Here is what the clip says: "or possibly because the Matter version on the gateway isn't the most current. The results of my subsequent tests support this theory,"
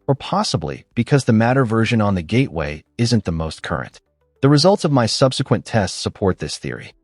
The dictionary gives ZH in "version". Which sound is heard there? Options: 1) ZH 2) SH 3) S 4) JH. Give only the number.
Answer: 1